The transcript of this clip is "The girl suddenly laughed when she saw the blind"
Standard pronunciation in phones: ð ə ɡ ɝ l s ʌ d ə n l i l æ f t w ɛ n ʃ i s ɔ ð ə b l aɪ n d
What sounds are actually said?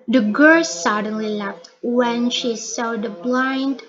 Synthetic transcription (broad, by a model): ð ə ɡ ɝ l s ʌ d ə n l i l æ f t w ɛ n ʃ i s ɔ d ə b l aɪ n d